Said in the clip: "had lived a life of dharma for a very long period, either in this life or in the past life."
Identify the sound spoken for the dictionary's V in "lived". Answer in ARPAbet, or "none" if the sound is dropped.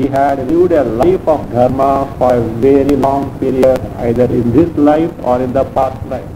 none